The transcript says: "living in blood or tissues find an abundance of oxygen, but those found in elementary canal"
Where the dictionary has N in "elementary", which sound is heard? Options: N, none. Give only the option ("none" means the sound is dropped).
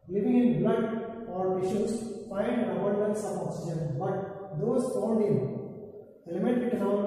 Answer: none